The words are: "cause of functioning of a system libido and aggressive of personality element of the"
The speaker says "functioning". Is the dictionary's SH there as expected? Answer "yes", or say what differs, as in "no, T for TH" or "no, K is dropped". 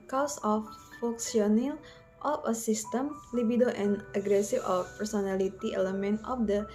no, S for SH